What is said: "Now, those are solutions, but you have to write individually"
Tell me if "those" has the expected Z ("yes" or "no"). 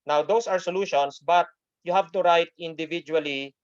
no